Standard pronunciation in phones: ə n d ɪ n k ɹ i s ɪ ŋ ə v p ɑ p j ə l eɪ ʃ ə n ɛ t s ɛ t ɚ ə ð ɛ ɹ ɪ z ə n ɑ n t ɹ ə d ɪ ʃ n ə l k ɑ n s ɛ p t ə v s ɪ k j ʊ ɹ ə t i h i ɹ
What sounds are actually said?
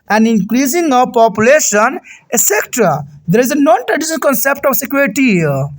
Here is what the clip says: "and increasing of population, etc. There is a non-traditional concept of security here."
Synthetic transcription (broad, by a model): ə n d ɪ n k ɹ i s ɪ ŋ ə p ɑ p j ə l eɪ ʃ ə n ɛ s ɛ t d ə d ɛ ɹ ɪ z ə n ɑ n t ɹ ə d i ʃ ə n k ɑ n s ɛ p t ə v s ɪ k j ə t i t i